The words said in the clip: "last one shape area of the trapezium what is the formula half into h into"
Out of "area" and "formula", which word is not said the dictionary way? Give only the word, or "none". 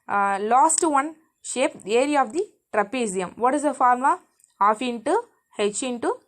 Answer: formula